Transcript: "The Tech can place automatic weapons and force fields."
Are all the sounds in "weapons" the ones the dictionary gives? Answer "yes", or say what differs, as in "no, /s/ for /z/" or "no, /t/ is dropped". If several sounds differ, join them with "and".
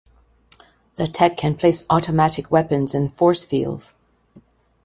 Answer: yes